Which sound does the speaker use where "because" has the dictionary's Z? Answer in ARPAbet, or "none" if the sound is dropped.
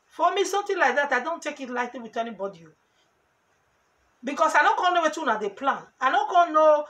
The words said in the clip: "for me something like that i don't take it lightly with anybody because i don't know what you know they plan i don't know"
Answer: S